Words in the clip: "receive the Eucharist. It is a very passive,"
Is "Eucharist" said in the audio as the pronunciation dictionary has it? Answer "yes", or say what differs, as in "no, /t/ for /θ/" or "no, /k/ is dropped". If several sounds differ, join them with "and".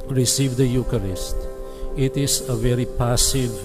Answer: yes